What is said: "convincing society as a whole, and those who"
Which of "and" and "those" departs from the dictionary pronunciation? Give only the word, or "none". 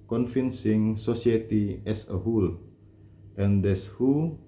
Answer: those